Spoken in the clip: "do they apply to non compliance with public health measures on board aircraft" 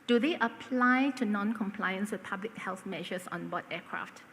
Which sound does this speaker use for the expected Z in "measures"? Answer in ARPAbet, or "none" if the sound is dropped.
S